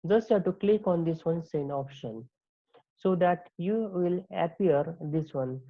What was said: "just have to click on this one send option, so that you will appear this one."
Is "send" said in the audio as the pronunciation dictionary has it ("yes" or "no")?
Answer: no